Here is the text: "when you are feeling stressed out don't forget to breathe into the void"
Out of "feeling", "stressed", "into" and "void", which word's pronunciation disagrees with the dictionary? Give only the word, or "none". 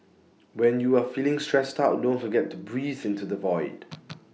none